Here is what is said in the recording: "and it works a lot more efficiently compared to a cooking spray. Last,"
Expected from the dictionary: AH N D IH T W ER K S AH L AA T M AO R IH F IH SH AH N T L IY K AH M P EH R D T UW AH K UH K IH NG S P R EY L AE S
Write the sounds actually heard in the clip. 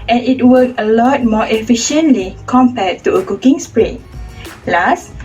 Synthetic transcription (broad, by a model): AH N IH T W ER K AH L AA T M AO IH F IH SH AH N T L IY K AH M P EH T T UW AH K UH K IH NG S P R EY L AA S